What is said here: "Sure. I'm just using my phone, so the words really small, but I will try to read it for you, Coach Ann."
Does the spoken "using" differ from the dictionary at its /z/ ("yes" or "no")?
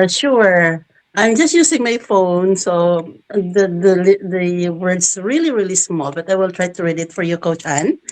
yes